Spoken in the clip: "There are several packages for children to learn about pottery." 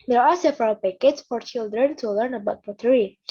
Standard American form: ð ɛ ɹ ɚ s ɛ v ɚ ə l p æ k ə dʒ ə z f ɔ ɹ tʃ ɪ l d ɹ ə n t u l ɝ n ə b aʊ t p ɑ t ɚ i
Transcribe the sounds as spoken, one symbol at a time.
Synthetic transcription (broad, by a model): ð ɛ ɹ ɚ s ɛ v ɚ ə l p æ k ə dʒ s f ɔ ɹ tʃ ɪ l d ɹ ə n t u l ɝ n ə b aʊ t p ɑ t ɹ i